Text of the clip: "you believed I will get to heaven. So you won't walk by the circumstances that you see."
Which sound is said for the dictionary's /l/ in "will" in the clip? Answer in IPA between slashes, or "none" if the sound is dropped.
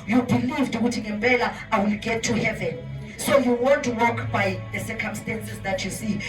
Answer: /l/